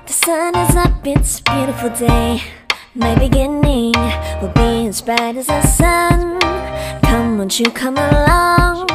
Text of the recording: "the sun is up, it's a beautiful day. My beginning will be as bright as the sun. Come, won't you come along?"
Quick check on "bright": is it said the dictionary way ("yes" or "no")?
no